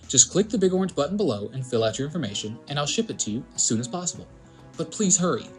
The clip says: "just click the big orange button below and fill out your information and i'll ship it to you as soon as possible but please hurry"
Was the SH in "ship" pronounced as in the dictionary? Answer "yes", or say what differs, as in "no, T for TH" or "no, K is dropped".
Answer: yes